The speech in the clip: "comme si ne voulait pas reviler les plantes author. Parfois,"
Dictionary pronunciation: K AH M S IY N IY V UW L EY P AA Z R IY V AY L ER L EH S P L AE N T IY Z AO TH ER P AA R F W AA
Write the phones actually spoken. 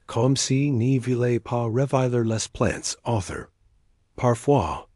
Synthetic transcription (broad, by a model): K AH M S IY N IY V UW L EY P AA R IY V AY L ER L EH S P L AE N T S AO TH ER P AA R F W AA